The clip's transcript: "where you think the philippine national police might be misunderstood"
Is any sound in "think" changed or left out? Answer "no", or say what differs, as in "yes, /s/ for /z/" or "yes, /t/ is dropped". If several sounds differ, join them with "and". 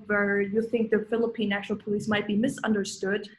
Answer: no